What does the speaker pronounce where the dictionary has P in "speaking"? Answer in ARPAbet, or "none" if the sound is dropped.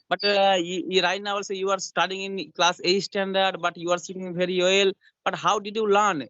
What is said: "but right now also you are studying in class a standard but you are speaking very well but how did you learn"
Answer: none